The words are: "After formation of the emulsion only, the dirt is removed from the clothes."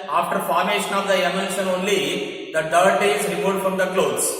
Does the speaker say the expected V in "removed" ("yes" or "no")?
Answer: no